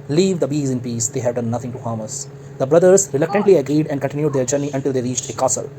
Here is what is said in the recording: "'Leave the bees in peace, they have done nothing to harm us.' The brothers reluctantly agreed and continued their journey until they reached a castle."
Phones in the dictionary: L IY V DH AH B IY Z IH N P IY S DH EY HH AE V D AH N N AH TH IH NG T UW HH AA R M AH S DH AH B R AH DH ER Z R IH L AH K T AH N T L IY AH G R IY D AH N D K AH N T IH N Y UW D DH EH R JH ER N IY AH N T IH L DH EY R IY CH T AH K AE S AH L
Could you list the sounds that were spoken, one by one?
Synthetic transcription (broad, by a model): L IY V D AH B IY Z IH N P IY S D EY HH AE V D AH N N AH T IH NG T UW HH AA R M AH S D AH B R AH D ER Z R IH L AH K T AH N T L IY AH G R IY D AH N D K AH N T IH N Y UW D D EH R JH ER N IY AH N T IH L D EY R IY CH T AH K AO S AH L